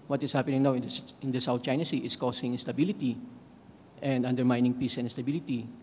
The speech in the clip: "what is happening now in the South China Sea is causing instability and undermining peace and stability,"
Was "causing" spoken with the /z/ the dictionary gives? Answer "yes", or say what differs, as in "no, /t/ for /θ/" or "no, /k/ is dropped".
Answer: no, /s/ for /z/